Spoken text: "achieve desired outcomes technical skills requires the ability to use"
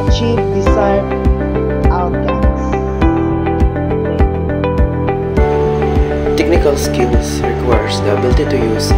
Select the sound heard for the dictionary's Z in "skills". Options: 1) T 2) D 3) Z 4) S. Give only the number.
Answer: 4